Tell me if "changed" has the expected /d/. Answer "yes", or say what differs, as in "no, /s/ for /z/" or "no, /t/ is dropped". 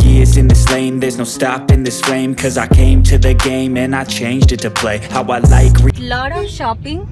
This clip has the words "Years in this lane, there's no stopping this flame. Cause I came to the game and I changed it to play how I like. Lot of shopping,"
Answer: yes